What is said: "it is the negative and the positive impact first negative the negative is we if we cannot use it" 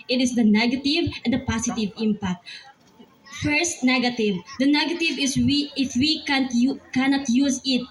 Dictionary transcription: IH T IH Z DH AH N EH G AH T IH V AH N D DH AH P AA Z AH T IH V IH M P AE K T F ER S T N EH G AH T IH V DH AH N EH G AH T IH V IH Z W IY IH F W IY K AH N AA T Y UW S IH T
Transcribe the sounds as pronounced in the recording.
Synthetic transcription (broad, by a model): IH T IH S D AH N EH G AH T IH V AH N D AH P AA S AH T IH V IH M P AE K T F ER S T N EH G AH T IH V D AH N EH G AH T IH V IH S W IY IH F W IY K AH N AA T Y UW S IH T